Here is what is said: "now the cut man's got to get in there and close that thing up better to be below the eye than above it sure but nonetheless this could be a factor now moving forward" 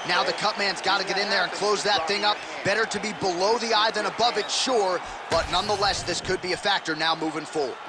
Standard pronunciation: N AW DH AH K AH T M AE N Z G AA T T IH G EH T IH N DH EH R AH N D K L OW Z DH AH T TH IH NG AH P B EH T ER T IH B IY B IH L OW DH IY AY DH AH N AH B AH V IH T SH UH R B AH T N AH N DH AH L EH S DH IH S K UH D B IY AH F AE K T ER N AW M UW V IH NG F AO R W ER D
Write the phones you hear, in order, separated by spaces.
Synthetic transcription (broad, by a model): N AW DH AH K AH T M AE N Z G AA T T IH G EH T IH N DH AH R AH N K L OW Z DH AH T TH IH NG AH P B EH T ER T IH B IY B IH L OW DH IY AY DH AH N AH B AH V IH T SH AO R B AH T N AH N DH AH L EH S DH IH S K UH D B IY AH F AE K T ER N AW M UW V IH NG F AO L